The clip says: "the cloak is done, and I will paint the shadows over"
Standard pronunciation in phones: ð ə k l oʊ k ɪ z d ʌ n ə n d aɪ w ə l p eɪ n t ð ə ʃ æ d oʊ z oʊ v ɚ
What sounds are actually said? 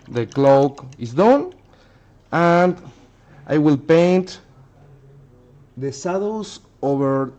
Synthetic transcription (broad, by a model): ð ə k l oʊ k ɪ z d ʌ n ə n d aɪ w ə l p eɪ n t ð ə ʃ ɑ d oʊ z oʊ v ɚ